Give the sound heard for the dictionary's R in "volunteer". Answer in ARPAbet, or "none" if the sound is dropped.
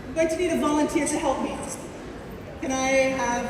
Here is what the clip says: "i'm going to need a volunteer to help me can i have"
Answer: R